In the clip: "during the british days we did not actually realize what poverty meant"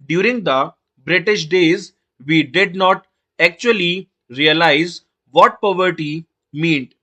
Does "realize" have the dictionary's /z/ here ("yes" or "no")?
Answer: yes